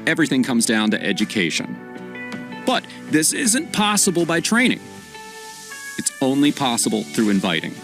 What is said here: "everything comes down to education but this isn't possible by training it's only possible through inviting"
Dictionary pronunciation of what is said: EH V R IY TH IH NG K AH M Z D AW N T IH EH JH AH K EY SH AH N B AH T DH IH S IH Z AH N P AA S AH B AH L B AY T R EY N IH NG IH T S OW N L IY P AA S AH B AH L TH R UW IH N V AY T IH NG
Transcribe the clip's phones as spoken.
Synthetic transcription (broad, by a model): EH V R IY TH IH NG K AH M Z D AW N T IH EH JH AH K EY SH AH N B AH T DH IH S IH Z AH N P AA S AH B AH L B AY T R EY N IH NG IH T S OW N L IY P AA S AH B L TH R UW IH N V AY T IH NG